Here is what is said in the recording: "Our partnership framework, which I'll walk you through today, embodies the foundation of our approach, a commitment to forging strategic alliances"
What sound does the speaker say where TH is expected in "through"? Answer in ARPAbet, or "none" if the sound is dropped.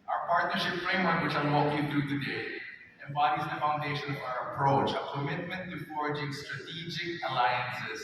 T